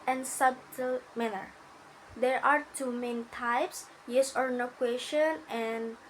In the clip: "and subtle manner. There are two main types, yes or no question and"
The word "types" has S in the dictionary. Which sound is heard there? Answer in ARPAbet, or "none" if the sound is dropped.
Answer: S